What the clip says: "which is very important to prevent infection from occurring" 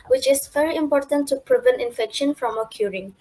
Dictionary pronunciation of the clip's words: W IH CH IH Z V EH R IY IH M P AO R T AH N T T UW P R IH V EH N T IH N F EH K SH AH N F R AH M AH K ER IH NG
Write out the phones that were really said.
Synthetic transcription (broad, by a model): W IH CH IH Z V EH R IY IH M P AO R T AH N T T UW P R IH V EH N T IH N F EH K SH AH N F R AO M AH K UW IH NG